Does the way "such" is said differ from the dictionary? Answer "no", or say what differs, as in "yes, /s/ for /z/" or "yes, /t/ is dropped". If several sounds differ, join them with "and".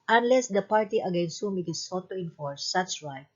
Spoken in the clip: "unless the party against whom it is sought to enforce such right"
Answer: yes, /s/ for /tʃ/